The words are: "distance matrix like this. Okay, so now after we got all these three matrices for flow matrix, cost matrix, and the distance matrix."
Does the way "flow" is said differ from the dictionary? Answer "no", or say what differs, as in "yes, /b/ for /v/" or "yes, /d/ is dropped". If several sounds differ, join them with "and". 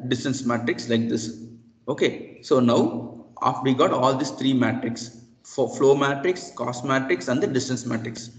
no